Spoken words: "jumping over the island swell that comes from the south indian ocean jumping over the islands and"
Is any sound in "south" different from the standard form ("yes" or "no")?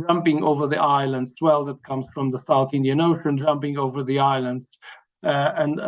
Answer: no